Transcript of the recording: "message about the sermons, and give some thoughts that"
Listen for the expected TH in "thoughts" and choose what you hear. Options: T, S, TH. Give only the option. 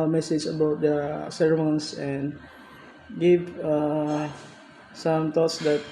T